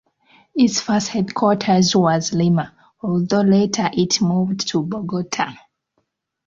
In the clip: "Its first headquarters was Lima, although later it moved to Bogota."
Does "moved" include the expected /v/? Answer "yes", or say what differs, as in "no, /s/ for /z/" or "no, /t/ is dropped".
yes